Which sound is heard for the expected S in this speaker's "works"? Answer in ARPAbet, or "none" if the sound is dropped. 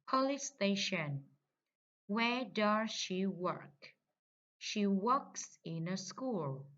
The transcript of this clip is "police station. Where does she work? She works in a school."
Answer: S